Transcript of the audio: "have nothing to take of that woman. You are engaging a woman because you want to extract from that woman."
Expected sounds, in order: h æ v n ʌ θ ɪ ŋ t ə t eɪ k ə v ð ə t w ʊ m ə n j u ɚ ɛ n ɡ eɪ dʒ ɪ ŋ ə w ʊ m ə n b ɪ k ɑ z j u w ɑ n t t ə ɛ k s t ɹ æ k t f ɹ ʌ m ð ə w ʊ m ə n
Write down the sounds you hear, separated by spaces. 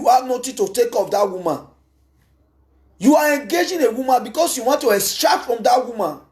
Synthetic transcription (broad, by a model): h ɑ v n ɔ t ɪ t ə t eɪ k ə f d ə t w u m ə n j u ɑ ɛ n ɡ eɪ dʒ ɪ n ə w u m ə n b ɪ k ɑ s j u w ɑ n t t ə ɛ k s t ɹ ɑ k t f ɹ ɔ m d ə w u m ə n